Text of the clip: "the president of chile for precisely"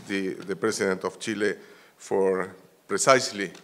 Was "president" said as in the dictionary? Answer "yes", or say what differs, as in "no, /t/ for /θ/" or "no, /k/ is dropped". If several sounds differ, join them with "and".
no, /s/ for /z/